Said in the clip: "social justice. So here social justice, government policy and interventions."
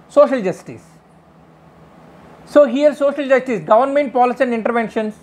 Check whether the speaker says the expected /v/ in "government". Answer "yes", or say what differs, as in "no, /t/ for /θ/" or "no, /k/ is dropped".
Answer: yes